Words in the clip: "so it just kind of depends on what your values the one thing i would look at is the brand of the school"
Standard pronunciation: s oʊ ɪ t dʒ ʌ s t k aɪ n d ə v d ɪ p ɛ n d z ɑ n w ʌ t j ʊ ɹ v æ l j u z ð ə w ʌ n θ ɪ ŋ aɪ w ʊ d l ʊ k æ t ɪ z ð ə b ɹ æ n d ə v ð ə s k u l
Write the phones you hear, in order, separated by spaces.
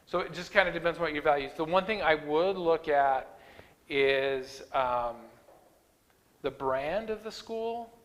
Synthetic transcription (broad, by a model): s oʊ ɪ t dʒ ʌ s k aɪ n d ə d ɪ p ɛ n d z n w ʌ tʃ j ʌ ɹ v æ l j u z ð ə w ʌ n θ ɪ ŋ aɪ w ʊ d l ʊ k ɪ t ɪ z ð ə b ɹ æ n d ə v ð ə s k u l